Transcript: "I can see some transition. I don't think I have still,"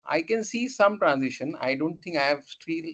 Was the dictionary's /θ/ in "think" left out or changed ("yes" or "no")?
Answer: yes